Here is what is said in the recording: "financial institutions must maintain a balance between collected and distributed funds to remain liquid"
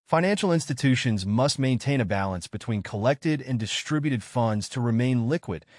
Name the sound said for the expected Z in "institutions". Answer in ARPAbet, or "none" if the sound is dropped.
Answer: Z